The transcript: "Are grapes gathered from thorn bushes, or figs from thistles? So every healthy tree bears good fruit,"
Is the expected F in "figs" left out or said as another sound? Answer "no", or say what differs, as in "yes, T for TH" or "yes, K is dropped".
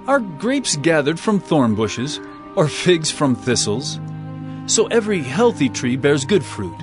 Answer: no